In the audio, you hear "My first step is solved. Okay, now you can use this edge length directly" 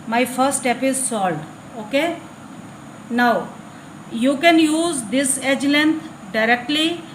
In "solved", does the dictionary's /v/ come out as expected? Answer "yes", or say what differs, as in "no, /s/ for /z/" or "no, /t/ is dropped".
no, /v/ is dropped